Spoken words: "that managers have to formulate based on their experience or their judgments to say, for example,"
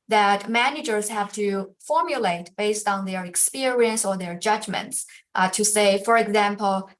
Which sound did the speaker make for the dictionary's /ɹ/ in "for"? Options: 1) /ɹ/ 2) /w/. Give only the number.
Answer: 1